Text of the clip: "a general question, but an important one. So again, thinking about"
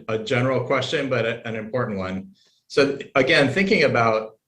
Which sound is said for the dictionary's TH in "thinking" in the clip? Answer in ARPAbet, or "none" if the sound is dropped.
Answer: TH